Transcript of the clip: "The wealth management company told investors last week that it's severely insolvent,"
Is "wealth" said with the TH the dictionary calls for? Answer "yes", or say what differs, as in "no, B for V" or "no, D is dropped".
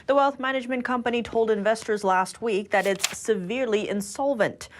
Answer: yes